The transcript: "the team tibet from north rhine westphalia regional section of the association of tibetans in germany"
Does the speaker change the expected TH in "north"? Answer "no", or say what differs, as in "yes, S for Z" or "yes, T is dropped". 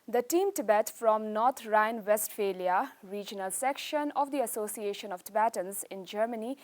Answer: yes, T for TH